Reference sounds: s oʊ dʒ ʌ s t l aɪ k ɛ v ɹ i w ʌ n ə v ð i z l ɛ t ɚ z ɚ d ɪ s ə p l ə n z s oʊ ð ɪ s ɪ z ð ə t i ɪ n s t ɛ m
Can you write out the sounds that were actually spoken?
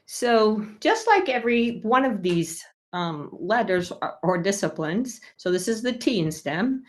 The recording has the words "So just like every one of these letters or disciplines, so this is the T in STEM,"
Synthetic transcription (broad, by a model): s oʊ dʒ ʌ s t l aɪ k ɛ v ɹ i w ʌ n ə v ð i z l ɛ t ɚ z ɚ d ɪ s ə p l ə n z s oʊ ð ɪ s ɪ z ð ə t i ɪ n s t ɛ m